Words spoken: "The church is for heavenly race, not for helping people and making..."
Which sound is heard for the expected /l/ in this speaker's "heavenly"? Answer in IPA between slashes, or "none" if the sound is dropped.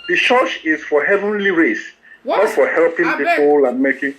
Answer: /l/